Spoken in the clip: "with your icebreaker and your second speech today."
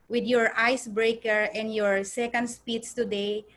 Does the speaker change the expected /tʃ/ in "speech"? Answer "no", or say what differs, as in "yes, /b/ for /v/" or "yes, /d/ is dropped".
yes, /s/ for /tʃ/